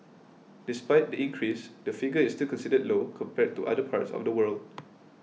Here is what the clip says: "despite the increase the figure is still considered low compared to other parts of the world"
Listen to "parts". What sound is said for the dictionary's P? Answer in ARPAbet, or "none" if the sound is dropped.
P